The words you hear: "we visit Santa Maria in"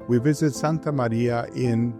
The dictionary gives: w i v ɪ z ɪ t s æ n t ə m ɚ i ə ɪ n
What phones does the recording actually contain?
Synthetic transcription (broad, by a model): w i v ɪ z ɪ t s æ n t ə m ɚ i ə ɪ n